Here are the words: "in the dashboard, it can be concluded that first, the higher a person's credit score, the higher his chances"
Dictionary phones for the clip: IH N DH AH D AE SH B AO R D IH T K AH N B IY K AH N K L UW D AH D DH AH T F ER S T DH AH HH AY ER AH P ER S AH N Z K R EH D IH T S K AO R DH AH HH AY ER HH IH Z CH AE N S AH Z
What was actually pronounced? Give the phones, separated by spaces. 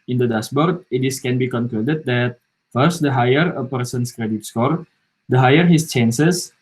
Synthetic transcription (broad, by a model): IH N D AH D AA S B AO R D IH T K AH N B IY K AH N K L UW D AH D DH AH T F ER S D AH HH AY ER AH P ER S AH N S K R EH D IH T S K AO R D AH HH AY ER HH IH S CH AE N S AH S